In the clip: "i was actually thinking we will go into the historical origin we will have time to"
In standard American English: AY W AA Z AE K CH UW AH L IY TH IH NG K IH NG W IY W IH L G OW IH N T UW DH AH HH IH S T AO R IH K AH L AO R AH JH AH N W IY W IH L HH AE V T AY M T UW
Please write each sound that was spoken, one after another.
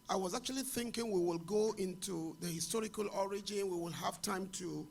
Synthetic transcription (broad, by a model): AY W AA Z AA K CH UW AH L IY TH IH NG K IH NG W IY W IH L G OW IH N T UW DH AH HH IH S T AO R IH K AH L AO R AH JH AH N W IY W IH L HH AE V T AY M T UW